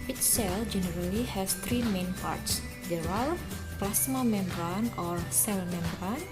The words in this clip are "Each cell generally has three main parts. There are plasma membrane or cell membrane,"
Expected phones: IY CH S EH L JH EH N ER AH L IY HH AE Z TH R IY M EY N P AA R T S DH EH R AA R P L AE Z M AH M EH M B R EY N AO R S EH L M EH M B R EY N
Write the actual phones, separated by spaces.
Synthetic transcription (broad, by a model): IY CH S EH L JH EH N ER AH L IY HH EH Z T R IY M EY N P AA R T S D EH R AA L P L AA S M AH M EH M B R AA N AO R S EH L M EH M B R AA N